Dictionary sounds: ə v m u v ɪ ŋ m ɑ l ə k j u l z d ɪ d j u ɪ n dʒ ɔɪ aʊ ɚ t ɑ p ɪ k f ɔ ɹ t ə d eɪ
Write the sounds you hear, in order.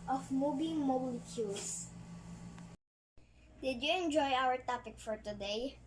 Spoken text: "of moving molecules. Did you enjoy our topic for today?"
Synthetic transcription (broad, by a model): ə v m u b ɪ m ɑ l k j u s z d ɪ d j u ɪ n dʒ ɔɪ aʊ ɚ t ɑ p ɪ k f ɔ ɹ t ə d eɪ